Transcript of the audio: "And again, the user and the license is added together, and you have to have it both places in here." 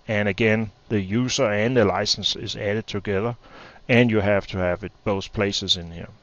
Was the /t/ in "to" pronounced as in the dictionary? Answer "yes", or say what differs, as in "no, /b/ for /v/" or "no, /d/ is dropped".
yes